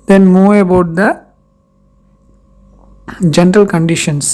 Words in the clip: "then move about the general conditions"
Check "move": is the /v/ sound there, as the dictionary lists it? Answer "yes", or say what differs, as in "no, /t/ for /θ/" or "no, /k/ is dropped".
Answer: no, /v/ is dropped